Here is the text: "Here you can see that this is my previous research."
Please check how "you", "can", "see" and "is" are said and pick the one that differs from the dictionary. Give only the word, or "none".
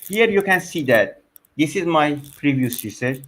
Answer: none